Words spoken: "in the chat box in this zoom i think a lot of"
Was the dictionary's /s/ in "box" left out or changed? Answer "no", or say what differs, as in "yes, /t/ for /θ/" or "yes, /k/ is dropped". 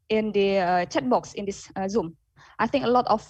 no